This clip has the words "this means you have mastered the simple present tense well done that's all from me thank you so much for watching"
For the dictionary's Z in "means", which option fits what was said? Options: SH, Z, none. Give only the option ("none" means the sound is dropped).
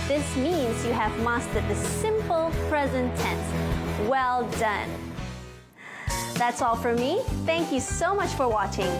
Z